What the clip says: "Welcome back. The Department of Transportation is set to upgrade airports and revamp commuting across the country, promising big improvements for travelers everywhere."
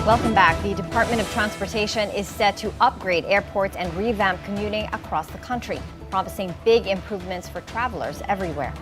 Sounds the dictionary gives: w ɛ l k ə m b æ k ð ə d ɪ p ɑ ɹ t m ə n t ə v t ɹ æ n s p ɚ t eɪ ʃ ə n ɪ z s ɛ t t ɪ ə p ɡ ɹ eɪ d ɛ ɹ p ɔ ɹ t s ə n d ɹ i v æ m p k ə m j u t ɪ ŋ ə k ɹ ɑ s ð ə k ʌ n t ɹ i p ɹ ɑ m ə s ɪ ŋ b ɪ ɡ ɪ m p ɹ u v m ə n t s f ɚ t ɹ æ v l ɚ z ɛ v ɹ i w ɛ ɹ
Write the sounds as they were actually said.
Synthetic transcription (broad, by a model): w ɛ l k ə m b æ k ð ə d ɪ p ɑ ɹ t m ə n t ə v t ɹ æ n s p ɚ t eɪ ʃ ə n ɪ z s ɛ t t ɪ ə p ɡ ɹ eɪ d ɛ ɹ p ɔ ɹ t s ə n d ɹ i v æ m p k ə m j u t ɪ ŋ ə k ɹ ɑ s ð ə k ʌ n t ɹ i p ɹ ɑ m ə s ɪ ŋ b ɪ ɡ ɪ m p ɹ u v m ə n t s f ɚ t ɹ æ v l ɚ z ɛ v ɹ i w ɛ ɹ